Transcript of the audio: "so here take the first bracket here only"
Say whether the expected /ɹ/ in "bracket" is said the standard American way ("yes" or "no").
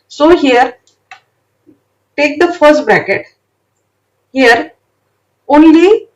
yes